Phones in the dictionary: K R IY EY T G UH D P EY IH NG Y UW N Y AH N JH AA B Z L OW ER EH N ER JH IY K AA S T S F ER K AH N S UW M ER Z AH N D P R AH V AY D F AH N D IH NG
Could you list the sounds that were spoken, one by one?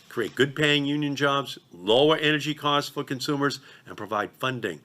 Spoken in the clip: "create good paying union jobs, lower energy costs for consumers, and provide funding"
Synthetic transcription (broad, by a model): K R IY EY T G UH D P EY IH NG Y UW N Y AH N JH AA B Z L OW ER EH N ER JH IY K AA S T S F ER K AH N S UW M ER Z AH N P R AH V AY D F AH N D IH NG